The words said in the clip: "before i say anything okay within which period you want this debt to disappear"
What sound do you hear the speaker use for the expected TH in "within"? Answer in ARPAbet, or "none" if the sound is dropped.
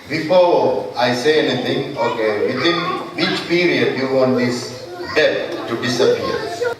T